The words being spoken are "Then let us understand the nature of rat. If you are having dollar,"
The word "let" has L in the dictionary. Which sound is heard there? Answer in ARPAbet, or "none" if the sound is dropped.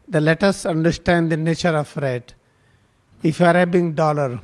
L